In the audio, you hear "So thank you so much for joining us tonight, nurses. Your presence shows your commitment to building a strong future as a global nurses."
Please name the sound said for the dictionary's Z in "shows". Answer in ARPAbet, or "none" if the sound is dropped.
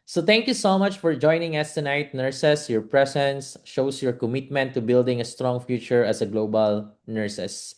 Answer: S